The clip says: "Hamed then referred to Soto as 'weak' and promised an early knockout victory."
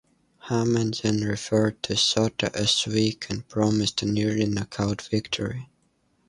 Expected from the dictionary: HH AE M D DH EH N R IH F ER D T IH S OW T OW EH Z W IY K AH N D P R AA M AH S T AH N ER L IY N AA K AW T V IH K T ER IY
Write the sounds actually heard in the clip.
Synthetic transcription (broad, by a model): HH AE M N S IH N R IH F ER D T IH S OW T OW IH S W IY K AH N P R AA M AH S T N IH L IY N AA K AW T V IH K T ER IY